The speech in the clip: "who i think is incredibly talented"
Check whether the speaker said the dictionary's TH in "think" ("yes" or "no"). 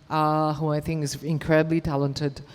yes